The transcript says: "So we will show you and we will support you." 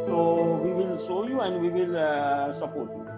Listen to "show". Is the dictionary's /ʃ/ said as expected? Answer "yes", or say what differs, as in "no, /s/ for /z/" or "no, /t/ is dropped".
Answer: no, /s/ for /ʃ/